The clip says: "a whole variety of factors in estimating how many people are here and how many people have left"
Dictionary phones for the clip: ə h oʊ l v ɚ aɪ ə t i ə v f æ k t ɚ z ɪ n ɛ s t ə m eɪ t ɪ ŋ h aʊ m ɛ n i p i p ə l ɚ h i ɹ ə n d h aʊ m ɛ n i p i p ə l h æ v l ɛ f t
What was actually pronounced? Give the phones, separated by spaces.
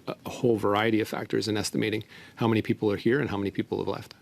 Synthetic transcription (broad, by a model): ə h oʊ l v ɚ aɪ ə t i ə v f æ k t ɚ z ɪ n ɛ s t ə m eɪ t ɪ ŋ h aʊ m ɛ n i p i p l ɚ h i ɹ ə n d h aʊ m ɛ n i p i p l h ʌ v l ɛ f t